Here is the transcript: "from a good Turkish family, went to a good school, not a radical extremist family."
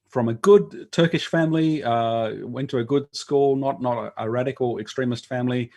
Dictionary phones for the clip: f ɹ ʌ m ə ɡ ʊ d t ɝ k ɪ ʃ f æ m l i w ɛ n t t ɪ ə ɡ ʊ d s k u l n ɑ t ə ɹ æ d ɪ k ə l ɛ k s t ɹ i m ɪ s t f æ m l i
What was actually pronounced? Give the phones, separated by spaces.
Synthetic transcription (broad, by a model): f ɹ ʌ m ə ɡ ʊ d t ɝ k ɪ ʃ f æ m l i w ɛ n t t ɪ ə ɡ ʊ d s k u l n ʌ t ə ɹ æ d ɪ k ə l ɛ k s t ɹ i m ɪ s t f æ m l i